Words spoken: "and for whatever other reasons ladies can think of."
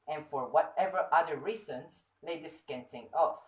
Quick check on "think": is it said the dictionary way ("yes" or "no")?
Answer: no